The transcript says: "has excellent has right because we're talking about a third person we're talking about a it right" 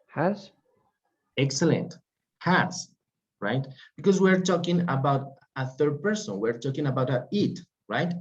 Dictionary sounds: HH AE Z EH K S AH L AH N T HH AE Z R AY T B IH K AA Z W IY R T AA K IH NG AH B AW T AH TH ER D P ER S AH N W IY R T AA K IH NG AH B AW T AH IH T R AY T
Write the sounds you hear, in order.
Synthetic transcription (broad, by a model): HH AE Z EH K S AH L AH N T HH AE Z R AY T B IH K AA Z W IY R T AA K IH NG AH B AW T AH TH ER D P ER S AH N W IY R T AA K IH NG AH B AW T AH IH T R AY T